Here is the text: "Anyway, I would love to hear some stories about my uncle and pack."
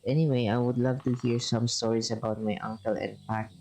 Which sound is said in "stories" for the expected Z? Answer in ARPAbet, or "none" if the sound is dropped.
S